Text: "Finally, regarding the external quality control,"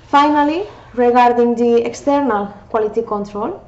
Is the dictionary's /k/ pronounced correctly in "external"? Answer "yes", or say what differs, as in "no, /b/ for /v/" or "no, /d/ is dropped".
yes